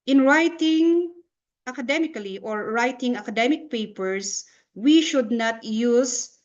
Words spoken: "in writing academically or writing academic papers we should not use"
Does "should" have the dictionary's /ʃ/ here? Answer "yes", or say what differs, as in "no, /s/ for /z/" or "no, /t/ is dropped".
yes